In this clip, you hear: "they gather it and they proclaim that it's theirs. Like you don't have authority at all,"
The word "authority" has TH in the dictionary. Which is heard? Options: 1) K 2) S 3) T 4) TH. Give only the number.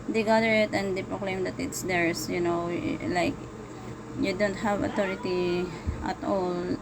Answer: 3